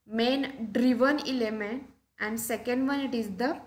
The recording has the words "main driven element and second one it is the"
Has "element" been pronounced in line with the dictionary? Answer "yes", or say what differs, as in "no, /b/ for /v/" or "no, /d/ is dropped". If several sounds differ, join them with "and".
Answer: no, /t/ is dropped